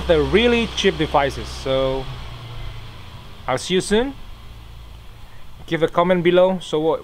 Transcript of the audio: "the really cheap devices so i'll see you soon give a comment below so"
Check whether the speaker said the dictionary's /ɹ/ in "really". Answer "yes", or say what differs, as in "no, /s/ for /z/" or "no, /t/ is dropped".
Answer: yes